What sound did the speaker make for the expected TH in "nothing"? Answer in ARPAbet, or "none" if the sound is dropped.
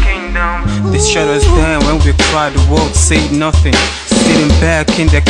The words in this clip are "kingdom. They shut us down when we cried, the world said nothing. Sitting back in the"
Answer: TH